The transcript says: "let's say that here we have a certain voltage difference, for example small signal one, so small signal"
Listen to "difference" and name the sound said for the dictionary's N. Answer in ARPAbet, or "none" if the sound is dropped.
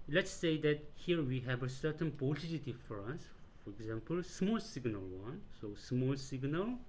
none